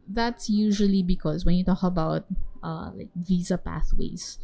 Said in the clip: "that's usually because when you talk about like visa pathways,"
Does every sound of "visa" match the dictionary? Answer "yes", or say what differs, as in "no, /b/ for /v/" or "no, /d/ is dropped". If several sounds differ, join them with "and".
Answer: yes